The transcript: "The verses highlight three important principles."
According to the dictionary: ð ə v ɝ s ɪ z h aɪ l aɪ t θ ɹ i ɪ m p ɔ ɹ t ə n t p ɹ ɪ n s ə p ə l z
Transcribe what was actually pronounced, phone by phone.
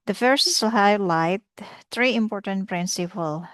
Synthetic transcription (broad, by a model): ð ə f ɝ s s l h aɪ l aɪ t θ ɹ i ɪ m p ɔ ɹ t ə n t p ɹ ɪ n s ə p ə l